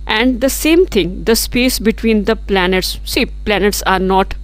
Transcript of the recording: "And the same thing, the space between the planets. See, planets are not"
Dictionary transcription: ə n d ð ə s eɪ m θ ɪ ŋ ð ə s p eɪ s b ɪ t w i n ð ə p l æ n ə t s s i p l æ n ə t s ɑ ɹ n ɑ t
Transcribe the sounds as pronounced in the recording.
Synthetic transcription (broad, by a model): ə n d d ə s eɪ m t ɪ ŋ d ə s p eɪ s b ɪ t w i n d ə p l æ n ə t s s i p l æ n ə t s ɑ ɹ n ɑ t